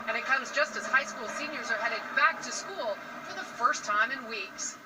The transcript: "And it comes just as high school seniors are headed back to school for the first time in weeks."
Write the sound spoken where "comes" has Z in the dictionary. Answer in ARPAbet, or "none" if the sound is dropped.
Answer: Z